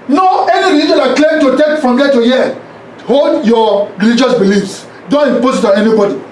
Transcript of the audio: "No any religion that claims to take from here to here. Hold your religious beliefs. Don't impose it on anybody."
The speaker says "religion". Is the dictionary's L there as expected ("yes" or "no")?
no